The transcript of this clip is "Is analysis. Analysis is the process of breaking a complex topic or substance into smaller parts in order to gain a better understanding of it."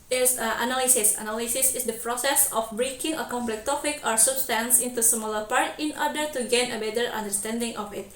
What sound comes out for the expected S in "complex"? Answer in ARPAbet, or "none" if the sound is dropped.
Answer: none